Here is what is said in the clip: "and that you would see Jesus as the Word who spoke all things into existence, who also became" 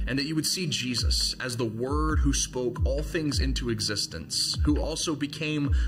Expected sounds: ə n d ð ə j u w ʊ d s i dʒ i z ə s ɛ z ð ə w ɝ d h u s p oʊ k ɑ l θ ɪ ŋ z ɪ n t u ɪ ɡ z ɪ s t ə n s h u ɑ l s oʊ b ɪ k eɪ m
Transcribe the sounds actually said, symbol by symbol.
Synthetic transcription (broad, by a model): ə n ð ə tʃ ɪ w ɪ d s i dʒ i z ə s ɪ z ð ə w ɝ d h u s p oʊ k ɑ l θ ɪ ŋ z ɪ n t u ɪ ɡ z ɪ s t ə n s h u ɑ l s oʊ b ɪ k eɪ m